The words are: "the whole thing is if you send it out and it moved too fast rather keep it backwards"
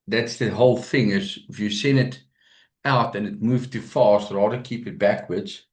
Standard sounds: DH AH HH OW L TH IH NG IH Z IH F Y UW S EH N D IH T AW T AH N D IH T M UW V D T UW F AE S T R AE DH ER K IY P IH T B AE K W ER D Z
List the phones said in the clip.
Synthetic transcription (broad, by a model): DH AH HH OW L TH IH NG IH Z IH F Y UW S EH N IH T AW T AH N IH T M UW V T UW F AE S T R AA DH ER K IY P IH T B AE K W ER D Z